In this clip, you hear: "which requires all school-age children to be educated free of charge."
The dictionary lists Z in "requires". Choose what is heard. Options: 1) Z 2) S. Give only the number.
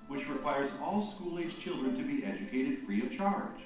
1